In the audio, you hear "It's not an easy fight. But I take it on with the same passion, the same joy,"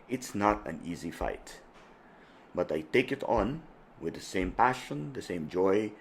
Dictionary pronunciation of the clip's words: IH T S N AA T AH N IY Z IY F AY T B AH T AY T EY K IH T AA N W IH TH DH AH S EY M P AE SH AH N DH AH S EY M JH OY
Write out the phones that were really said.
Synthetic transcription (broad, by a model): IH T S N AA T AH N IY Z IY F AY T B AH T AY T EY K IH T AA N W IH DH AH S EY M P AE SH AH N DH AH S EY M JH OY